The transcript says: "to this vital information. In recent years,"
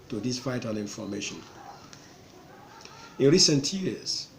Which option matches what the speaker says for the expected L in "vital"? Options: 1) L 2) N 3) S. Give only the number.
2